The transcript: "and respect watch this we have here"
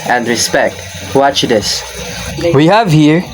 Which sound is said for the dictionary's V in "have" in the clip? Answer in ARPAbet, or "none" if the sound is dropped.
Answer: V